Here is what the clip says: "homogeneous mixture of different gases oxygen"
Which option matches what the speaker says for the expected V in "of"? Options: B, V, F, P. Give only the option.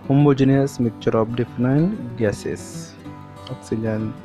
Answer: P